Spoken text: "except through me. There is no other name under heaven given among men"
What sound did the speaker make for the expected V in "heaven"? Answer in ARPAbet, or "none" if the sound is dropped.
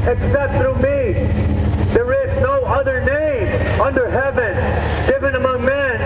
V